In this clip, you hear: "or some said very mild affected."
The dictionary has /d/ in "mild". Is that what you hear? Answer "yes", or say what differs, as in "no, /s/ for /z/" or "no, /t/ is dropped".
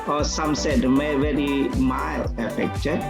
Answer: no, /d/ is dropped